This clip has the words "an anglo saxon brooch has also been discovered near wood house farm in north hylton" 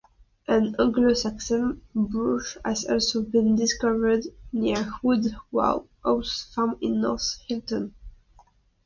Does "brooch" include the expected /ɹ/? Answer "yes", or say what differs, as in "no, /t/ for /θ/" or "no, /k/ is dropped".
no, /ɹ/ is dropped